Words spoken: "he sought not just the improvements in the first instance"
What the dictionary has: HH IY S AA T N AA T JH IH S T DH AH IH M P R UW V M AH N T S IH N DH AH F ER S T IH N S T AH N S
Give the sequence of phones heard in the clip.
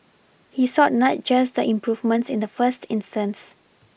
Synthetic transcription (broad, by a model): HH IY S AA T N AA T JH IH S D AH IH M P R UW V M AH N T S IH N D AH F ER S T IH N S T AH N S